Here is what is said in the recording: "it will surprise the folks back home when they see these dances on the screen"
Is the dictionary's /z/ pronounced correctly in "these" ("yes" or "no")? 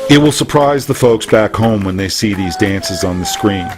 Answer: yes